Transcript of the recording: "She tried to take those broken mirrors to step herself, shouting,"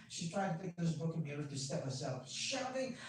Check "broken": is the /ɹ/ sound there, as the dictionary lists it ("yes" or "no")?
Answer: no